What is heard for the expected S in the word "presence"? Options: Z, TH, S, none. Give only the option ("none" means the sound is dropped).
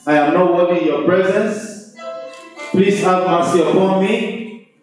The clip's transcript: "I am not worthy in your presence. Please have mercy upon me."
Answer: S